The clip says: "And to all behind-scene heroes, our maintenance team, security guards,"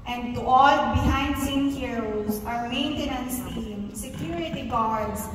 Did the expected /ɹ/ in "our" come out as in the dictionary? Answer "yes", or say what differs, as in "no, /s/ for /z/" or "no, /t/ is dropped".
yes